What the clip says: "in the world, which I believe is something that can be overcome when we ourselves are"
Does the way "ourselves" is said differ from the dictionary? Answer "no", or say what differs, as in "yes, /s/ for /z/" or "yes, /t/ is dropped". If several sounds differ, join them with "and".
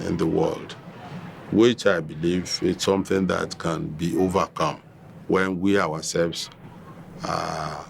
yes, /w/ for /ɹ/